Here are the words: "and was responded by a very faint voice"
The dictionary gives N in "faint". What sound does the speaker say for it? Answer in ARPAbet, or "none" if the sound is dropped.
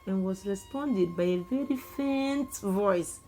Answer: N